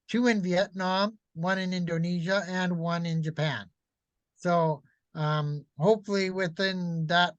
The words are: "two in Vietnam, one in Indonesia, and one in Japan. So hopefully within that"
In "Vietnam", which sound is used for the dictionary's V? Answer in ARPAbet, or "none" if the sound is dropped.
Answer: V